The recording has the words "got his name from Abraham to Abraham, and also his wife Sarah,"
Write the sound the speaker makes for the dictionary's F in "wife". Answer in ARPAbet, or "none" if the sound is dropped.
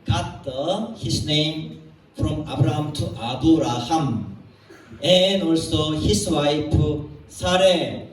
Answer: P